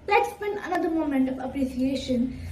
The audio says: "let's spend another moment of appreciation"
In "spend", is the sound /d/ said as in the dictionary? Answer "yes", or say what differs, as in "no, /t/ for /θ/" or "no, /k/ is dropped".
no, /d/ is dropped